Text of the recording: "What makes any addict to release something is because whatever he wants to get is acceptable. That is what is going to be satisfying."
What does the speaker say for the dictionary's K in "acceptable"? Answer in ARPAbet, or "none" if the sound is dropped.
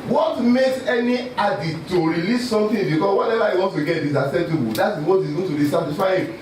none